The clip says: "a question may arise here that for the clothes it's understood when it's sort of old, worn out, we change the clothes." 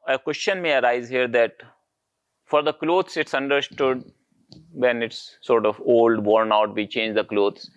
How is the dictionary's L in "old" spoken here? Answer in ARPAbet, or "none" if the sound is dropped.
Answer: L